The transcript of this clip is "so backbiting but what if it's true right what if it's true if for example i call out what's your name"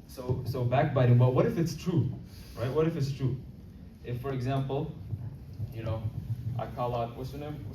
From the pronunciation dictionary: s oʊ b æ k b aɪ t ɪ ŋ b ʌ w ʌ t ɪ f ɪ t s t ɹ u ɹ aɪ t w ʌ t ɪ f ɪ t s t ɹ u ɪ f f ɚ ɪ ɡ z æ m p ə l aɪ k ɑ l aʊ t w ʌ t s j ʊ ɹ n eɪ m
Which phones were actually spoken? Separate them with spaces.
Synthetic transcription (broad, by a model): s oʊ b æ k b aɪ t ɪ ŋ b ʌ w ʌ t ɪ f ɪ t s t ɹ u ɹ aɪ t w ʌ t ɪ f ɪ t s t ɹ u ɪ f f ɚ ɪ ɡ z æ m p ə n aɪ k ɑ l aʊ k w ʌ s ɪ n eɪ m